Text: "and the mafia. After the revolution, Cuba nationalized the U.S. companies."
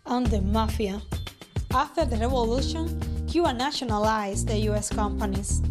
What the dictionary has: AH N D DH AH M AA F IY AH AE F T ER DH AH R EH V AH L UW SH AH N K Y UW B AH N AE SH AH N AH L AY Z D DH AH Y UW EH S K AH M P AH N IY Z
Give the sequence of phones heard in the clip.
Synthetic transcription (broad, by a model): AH N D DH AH M AA F IY AH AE F T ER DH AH R EH V AH L UW SH AH N K Y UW AH N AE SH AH N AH L AY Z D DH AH Y UW EH S K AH M P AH N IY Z